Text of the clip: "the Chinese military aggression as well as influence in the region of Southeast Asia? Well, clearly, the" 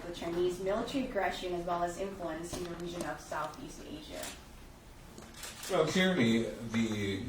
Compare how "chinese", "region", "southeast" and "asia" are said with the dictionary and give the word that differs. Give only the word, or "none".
region